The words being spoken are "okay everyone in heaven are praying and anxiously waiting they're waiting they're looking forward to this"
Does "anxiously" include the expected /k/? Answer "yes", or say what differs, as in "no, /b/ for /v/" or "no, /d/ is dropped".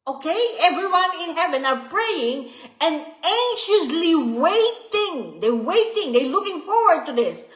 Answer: no, /k/ is dropped